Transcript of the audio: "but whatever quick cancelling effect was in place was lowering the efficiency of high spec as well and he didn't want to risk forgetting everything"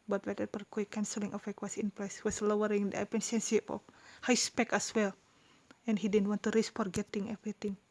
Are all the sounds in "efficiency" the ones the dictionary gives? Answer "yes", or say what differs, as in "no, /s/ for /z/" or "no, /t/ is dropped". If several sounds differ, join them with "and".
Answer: no, /p/ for /f/